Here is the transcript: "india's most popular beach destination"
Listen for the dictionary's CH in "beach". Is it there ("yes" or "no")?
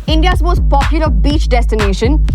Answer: yes